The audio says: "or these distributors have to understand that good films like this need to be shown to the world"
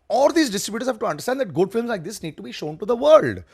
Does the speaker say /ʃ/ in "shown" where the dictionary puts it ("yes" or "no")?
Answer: yes